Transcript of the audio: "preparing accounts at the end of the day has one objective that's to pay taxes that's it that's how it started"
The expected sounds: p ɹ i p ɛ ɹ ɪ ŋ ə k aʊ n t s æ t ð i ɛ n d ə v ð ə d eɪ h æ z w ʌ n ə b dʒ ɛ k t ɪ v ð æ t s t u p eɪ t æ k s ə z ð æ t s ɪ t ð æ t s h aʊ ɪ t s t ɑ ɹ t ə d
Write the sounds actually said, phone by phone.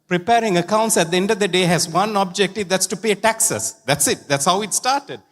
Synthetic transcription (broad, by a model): p ɹ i p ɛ ɹ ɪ ŋ ə k aʊ n t s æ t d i ɛ n d ə v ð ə d eɪ h æ z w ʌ n ə b dʒ ɛ k t ɪ v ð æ t s t u p eɪ t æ k s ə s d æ t s ɪ t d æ t s h aʊ ɪ t s t ɑ ɹ t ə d